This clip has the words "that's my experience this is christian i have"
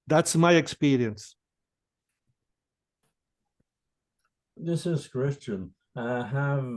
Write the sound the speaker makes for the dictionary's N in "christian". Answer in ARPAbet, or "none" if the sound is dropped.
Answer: N